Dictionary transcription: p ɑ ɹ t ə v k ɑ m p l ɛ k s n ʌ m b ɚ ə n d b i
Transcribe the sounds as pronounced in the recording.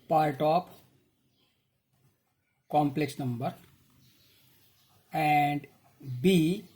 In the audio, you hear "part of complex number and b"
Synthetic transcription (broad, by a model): p ɑ ɹ t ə p k ɑ m p l ɛ k s n ʌ m b ɚ ə n d b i